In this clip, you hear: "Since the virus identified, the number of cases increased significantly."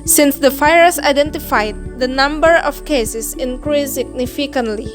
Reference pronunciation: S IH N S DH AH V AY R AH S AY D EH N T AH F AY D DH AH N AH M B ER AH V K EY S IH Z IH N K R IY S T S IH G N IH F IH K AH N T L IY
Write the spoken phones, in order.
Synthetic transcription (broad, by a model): S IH N S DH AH F AY AH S AY D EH N T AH F AY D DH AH N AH M B ER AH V K EY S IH S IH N K R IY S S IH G N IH F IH K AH N T L IY